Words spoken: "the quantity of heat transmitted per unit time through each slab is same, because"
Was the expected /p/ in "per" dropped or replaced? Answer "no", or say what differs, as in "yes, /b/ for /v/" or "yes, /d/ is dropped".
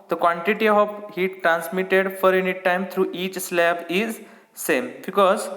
yes, /f/ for /p/